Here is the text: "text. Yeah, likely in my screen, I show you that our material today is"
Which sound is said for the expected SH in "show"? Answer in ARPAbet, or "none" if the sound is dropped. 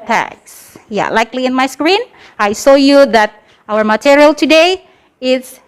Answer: S